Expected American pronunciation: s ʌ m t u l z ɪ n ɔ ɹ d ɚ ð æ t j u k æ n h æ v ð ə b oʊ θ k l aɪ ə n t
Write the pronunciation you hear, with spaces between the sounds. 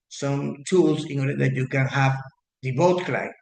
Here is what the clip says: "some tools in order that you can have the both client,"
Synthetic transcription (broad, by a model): s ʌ m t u l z ɪ n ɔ ɹ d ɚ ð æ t j u k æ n h æ v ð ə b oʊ t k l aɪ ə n